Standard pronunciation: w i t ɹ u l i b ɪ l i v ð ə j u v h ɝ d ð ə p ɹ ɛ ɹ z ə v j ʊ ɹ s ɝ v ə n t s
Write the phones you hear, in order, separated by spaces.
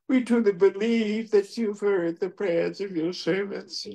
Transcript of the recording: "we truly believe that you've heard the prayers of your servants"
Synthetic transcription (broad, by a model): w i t u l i b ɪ l i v ð ə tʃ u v h ɝ d ð ə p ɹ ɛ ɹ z ə v j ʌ ɹ s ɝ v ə n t s